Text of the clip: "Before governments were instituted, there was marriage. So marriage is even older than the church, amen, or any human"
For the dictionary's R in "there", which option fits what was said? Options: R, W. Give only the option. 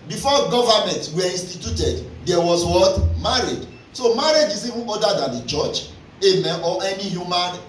W